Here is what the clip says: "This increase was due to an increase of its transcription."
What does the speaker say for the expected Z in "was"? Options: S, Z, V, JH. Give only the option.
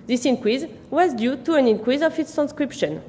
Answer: Z